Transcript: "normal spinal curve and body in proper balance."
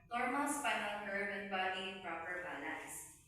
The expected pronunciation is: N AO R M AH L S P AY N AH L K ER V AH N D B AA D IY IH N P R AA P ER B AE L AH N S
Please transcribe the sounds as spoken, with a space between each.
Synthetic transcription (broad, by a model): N AO R M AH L S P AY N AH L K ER B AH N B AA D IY IH N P R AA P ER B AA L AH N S